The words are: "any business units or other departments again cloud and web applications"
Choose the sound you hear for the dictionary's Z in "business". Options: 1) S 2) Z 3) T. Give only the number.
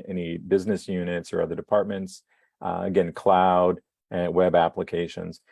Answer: 2